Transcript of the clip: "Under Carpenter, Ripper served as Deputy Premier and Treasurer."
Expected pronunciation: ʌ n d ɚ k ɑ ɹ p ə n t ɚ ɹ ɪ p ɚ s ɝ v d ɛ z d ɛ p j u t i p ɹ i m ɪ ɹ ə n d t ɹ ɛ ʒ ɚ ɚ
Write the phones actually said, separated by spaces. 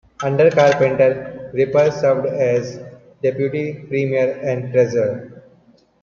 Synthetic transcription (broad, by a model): ʌ n d ɚ k ɑ ɹ p ə n t ɚ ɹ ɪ p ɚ s ɝ v d ɛ z d ɛ p j u t i p ɹ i m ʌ ɹ ə n d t ɹ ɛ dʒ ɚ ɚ